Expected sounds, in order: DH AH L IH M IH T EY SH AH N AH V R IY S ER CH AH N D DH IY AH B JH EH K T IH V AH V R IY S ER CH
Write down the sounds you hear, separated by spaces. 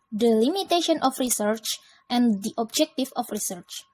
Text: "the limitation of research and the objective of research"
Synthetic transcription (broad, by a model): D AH L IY M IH T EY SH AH N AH F R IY S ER CH AH N D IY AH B JH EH K T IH F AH F R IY S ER CH